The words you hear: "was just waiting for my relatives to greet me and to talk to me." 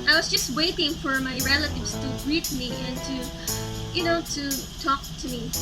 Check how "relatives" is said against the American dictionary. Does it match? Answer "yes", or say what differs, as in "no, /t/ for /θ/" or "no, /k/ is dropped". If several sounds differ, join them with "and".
no, /s/ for /z/